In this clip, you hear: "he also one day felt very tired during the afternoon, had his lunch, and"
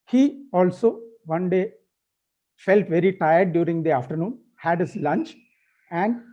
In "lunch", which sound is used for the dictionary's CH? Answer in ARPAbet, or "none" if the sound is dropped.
CH